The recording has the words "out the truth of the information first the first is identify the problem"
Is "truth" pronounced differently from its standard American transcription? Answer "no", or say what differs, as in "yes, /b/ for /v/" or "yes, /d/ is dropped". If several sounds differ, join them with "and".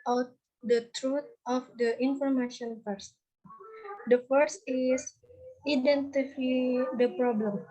yes, /t/ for /θ/